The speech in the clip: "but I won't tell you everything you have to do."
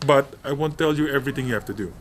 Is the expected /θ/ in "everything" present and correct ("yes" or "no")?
no